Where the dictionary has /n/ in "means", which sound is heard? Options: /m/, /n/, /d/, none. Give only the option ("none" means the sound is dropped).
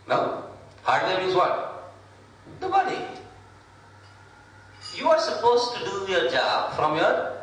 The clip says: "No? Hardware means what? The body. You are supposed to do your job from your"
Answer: none